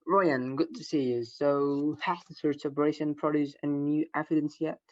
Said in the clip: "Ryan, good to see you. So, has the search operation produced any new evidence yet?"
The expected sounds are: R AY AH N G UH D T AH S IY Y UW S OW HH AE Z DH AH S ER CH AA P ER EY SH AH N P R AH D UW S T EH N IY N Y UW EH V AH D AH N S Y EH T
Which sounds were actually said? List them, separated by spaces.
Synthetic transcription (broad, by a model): R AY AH N G UH D T AH S IY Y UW S OW HH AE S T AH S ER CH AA B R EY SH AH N P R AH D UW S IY N Y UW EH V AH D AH N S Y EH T